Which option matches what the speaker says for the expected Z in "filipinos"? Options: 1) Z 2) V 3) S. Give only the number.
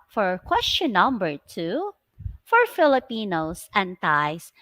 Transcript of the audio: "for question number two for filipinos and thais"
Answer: 3